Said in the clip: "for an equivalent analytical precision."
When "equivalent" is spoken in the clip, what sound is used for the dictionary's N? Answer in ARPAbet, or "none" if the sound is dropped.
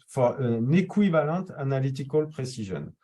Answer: none